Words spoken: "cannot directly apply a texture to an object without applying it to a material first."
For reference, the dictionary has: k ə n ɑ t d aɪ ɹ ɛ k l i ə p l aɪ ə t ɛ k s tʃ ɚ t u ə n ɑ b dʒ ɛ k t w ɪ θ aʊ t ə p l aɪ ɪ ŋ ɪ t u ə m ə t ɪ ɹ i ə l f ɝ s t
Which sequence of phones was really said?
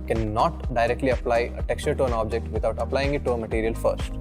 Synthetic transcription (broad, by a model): k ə n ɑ t d aɪ ɹ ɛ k l i ə p l aɪ ə t ɛ k s tʃ ɚ t u ə n ɑ b dʒ ɛ k t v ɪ t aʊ t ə p l aɪ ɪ ŋ ɪ t u ə m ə t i ɹ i ə l f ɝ s t